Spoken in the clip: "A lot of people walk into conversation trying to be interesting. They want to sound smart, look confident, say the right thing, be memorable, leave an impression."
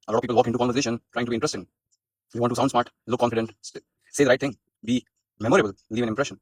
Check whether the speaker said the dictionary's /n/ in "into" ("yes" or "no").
no